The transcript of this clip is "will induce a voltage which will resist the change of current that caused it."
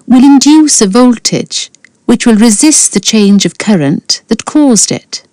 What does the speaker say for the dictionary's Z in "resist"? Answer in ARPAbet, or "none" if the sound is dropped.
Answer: Z